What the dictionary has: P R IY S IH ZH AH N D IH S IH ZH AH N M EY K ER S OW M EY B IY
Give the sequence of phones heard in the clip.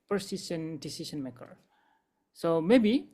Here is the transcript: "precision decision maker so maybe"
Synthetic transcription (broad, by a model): P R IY S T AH N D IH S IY S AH N M EY K ER S OW M EY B IY